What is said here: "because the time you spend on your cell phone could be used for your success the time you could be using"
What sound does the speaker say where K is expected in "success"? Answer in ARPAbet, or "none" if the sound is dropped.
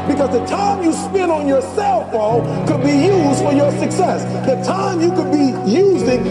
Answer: K